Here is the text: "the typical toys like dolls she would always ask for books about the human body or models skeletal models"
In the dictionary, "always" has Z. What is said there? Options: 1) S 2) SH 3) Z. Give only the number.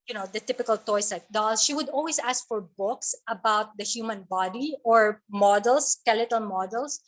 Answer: 1